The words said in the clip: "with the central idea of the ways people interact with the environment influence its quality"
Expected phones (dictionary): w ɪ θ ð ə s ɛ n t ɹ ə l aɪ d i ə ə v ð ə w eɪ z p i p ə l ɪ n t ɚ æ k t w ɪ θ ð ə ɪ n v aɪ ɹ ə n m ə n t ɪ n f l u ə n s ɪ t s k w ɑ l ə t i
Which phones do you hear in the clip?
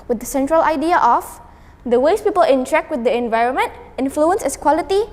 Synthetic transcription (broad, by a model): w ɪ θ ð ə s ɛ n t ɹ ə l aɪ d i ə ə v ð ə w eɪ s p i p ə l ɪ n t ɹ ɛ k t w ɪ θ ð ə ɪ n v aɪ ɹ ə n m ə n t ɪ n f l u ə n s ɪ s k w ɑ l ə t i